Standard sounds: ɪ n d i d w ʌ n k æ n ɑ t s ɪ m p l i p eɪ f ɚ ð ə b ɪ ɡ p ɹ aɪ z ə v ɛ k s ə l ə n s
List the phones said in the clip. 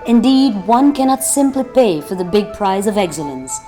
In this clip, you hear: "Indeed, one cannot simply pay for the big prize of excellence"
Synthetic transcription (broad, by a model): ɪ n d i d w ʌ n k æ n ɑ t s ɪ m p l i p eɪ f ɚ ð ə b ɪ ɡ p ɹ aɪ z ə v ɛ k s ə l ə n s